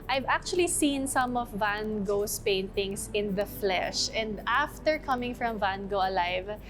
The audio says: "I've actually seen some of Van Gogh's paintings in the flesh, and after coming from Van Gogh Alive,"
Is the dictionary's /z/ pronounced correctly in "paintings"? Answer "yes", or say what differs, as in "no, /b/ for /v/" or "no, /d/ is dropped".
no, /s/ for /z/